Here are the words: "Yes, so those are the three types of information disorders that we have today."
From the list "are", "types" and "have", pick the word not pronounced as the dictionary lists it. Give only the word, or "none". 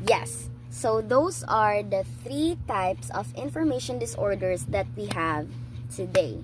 none